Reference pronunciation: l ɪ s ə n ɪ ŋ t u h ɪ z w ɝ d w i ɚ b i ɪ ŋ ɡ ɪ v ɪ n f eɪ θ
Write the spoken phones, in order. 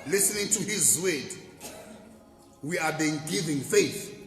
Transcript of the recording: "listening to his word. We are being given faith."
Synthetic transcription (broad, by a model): l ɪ s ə n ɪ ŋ t u h ɪ z w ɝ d w i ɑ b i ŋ ɡ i v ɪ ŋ f eɪ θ